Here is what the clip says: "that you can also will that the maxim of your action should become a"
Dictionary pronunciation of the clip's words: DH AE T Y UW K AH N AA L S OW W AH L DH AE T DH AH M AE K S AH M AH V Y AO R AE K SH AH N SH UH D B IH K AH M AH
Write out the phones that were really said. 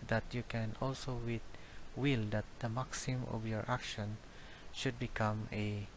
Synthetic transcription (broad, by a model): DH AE T Y UW K AH N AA L S OW W AH L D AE T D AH M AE K S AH M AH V Y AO R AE K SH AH N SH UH D B IH K AH M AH